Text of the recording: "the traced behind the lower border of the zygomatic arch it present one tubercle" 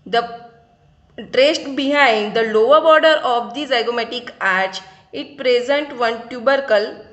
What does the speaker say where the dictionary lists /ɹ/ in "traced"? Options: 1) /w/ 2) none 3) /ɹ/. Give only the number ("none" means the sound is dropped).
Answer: 3